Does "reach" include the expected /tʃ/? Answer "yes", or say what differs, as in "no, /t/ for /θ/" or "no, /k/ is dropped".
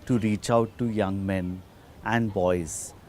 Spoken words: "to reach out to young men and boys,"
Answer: yes